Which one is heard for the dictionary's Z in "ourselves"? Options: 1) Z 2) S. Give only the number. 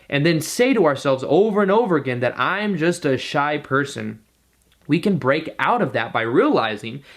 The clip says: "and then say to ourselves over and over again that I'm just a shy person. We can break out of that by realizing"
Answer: 1